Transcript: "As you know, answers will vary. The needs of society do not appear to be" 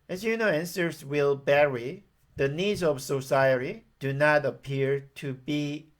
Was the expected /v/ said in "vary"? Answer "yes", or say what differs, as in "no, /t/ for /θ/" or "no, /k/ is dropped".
no, /b/ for /v/